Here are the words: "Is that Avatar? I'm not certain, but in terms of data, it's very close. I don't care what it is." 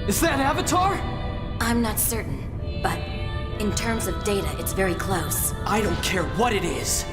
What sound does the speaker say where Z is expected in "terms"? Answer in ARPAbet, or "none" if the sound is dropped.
Z